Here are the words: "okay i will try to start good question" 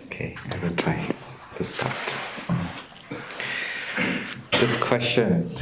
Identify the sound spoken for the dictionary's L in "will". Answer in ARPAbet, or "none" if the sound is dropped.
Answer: N